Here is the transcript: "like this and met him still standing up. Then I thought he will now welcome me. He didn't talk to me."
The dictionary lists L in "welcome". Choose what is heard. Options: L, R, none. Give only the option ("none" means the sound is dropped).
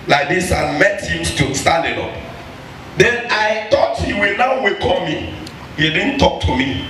none